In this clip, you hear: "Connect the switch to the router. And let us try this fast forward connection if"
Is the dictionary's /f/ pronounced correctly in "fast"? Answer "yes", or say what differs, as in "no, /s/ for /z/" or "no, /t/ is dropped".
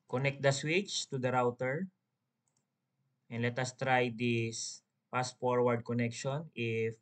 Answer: no, /p/ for /f/